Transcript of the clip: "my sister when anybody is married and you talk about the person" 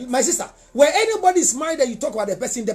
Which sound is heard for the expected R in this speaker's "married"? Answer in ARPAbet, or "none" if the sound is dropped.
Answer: none